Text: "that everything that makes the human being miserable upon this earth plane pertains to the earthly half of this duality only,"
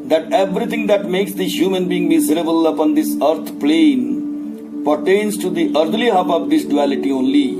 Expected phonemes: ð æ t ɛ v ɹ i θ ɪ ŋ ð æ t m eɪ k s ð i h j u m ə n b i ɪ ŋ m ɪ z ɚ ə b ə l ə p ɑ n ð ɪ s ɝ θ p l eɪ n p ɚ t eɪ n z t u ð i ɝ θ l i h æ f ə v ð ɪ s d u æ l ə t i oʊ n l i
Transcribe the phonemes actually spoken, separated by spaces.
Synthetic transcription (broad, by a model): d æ t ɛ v ɹ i t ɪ ŋ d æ t m eɪ k s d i h j u m ə n b i ɪ ŋ m ɪ z ɚ ə b ə l ə p ɑ n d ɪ s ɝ t p l eɪ n p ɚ t eɪ n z t u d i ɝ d l i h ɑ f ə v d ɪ s d u æ l ə t i oʊ n l i